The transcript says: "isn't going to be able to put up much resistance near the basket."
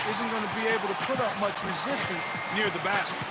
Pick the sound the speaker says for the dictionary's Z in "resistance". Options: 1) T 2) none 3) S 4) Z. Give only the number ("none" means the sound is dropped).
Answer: 4